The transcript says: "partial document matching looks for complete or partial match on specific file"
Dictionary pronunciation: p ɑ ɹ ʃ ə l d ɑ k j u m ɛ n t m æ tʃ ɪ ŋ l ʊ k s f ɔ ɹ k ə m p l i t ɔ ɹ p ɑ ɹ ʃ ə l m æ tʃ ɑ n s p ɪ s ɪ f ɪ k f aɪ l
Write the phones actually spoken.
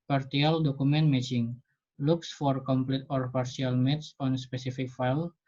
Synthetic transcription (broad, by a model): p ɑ ɹ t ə l d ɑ k u m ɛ n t m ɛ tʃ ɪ ŋ l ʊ k s f ɔ ɹ k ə m p l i t ɔ ɹ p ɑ ɹ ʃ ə l m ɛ s ɑ n s p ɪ s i f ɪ k f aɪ l